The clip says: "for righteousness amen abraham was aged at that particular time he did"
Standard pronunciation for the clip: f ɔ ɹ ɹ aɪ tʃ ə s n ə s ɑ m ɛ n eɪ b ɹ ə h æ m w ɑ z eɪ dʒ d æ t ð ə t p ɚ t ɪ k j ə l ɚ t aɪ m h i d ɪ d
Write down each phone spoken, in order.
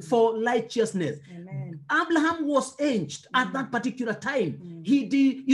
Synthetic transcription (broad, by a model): f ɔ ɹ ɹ aɪ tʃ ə s n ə s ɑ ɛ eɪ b l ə h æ m w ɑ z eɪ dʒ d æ t ð ə t p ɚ t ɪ k j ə l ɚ t aɪ m h i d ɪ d